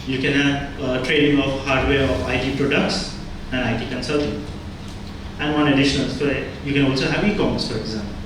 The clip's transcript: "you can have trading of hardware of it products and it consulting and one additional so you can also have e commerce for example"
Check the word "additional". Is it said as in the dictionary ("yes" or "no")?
yes